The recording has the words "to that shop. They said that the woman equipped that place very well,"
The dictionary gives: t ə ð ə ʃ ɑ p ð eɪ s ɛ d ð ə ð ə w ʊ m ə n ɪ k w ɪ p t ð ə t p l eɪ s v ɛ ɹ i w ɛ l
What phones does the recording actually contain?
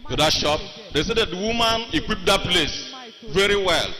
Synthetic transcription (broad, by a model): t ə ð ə ʃ ɑ p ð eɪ s ɛ d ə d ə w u m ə n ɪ k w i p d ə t p l eɪ s v ɛ ɹ i w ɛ l